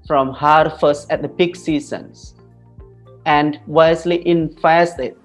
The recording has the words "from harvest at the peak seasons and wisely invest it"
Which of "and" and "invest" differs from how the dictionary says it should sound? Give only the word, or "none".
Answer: invest